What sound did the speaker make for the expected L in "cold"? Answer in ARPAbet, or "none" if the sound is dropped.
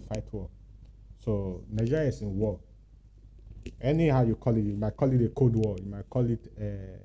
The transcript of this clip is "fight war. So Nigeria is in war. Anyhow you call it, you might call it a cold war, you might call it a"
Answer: none